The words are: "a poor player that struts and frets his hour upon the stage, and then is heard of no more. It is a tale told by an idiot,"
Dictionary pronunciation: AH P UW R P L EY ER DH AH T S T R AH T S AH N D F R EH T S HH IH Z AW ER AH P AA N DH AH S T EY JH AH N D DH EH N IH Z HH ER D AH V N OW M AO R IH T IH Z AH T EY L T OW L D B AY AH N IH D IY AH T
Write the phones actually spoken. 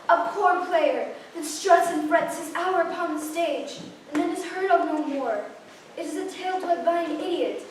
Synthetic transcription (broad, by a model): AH P UW R P L EY ER DH AH T S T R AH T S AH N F R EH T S HH IH Z AW ER AH P AA N DH AH S T EY JH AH N DH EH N IH Z HH ER D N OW M AO R IH T IH Z AH T EY L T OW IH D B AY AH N IH D IY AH T